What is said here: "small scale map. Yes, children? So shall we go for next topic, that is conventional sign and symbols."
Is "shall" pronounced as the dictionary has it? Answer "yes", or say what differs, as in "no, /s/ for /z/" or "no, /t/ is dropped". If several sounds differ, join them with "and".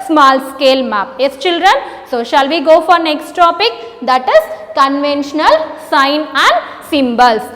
yes